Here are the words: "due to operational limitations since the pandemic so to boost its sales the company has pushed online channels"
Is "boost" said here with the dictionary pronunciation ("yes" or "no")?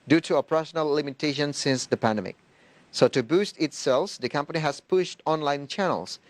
yes